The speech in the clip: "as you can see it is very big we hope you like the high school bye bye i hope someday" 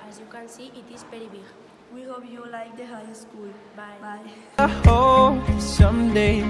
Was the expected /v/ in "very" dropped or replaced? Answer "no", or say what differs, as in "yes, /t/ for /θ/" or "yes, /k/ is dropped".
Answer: yes, /p/ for /v/